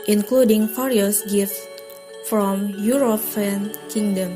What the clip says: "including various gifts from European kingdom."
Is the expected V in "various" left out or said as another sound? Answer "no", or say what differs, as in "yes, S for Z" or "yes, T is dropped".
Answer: yes, F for V